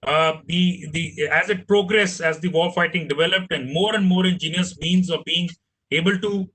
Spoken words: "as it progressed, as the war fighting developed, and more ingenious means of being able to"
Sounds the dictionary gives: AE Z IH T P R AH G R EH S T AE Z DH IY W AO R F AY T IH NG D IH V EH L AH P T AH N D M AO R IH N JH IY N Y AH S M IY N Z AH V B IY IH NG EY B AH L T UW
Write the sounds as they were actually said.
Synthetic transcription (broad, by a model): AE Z IH T P R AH G R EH S AE Z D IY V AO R F AY T IH NG D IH V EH L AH P T AH N D M AO R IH N JH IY N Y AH S M IY N Z AH V B IY IH NG EY B AH L T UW